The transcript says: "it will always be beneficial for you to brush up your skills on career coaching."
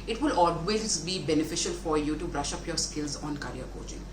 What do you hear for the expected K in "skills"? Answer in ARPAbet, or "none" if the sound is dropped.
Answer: K